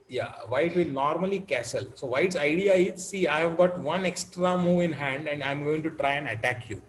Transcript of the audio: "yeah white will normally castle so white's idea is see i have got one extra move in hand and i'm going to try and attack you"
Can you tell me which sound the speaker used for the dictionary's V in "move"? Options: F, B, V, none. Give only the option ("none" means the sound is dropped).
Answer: V